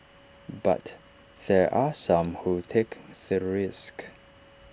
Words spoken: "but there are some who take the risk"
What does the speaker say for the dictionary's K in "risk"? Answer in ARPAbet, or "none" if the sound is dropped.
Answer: K